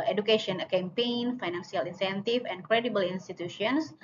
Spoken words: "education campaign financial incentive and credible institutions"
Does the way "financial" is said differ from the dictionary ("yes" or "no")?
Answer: yes